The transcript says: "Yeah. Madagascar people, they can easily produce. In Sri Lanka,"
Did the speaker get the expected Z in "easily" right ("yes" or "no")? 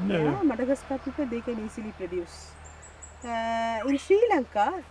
no